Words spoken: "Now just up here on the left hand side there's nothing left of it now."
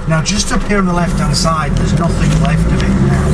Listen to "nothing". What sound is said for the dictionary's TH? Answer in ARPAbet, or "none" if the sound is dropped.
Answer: TH